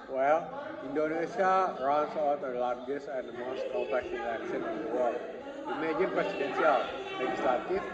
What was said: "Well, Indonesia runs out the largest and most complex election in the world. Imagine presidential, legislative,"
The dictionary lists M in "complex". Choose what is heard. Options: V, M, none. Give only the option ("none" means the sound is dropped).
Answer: none